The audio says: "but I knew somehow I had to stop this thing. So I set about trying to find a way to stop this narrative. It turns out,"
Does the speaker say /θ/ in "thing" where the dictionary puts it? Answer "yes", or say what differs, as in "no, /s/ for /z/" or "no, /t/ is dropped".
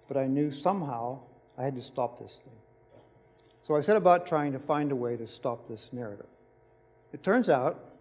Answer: yes